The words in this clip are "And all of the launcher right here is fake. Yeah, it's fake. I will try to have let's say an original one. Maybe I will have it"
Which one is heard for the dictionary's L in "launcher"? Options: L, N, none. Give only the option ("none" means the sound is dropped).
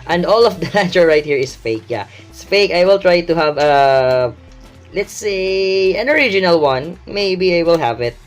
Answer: N